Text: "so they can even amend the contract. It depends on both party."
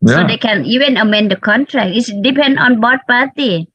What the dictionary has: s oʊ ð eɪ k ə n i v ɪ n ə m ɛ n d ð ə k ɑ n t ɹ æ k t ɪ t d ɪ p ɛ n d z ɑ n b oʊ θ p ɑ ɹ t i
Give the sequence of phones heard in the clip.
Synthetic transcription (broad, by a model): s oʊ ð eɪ k ə n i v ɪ n ə m ɛ n d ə k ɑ n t ɹ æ k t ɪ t d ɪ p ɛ n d ɑ n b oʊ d p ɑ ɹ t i